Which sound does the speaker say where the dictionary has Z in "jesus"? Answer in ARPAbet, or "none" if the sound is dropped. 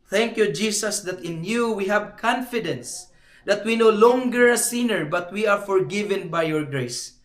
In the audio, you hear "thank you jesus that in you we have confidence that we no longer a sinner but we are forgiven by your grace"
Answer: S